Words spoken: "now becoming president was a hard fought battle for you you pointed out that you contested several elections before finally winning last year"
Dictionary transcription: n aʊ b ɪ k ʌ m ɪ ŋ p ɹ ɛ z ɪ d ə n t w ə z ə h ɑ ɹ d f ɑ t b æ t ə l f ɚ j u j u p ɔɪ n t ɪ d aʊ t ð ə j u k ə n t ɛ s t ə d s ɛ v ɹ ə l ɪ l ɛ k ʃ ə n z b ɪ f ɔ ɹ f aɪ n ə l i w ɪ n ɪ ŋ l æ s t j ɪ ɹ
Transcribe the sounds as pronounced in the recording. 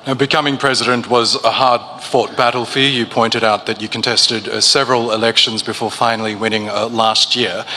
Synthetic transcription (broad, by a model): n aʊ b ɪ k ʌ m ɪ ŋ p ɹ ɛ z ɪ d ə n t w ə z ə h ɑ ɹ d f ɑ t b æ t l f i j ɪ p ɔɪ n t ɪ d aʊ t ð ə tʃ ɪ k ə n t ɛ s t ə d s ɛ v ɹ ə l ɪ l ɛ k ʃ ə n z b ɪ f ɔ ɹ f aɪ n l i w ɪ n ɪ ŋ l æ s t j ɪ ɹ